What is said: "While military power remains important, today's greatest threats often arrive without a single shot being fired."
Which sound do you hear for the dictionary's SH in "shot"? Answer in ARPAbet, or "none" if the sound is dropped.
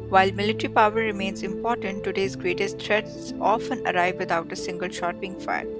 SH